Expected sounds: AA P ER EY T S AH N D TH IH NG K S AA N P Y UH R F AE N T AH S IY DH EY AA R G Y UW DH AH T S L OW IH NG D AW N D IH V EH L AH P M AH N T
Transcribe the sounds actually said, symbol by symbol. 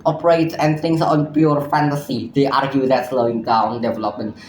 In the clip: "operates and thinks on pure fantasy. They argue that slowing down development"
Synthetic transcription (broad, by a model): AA P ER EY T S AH N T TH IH NG S AA N P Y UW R F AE N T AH S IY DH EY AA R G Y UW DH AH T S L OW IH NG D AW N D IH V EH L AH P M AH N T